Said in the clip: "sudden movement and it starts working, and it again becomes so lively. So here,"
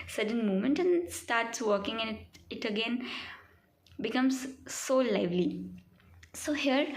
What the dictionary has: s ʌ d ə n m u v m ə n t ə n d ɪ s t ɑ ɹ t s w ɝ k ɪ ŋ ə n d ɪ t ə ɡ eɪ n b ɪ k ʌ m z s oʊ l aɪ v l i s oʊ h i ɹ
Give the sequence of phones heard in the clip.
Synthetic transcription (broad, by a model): s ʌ d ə n m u m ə n t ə n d s t ɑ ɹ t s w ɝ k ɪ ŋ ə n ɪ t ə ɡ eɪ n b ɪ k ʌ m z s oʊ l aɪ v l i s oʊ h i ɹ